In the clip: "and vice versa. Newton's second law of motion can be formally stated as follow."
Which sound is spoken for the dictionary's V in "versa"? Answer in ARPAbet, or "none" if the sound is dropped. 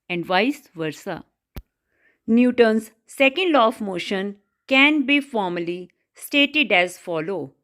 V